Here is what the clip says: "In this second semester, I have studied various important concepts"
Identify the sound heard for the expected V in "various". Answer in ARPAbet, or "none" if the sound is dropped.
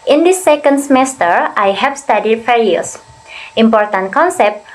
F